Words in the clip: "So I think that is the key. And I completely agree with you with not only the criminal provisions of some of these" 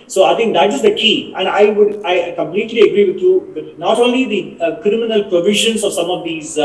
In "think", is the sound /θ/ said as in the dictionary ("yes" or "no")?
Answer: no